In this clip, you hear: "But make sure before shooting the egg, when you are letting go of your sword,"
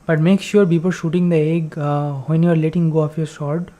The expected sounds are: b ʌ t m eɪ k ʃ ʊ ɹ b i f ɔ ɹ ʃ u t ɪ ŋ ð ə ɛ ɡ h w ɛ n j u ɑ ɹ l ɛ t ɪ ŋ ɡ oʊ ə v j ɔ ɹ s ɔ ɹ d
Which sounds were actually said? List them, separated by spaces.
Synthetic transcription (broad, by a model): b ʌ t m eɪ k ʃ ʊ ɹ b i p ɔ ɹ ʃ u t ɪ ŋ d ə ɛ ɡ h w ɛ n j u ɑ ɹ l ɛ t ɪ ŋ ɡ oʊ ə f j ɔ ɹ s ɔ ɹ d